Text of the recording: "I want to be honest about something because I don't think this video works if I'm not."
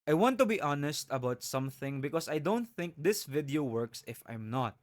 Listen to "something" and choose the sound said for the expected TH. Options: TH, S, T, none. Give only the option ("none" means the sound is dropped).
TH